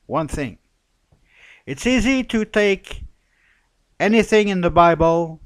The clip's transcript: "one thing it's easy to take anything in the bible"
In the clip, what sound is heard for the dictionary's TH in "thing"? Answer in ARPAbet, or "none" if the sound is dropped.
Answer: TH